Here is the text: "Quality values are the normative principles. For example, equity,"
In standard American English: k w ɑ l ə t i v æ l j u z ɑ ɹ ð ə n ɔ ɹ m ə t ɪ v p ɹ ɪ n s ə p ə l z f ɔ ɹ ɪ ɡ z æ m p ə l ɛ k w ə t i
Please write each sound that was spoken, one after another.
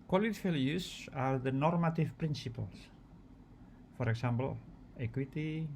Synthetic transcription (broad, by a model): k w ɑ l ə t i f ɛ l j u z ɑ ɹ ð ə n ɔ ɹ m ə t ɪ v p ɹ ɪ n s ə p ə l s f ɔ ɹ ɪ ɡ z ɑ m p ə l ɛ k w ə t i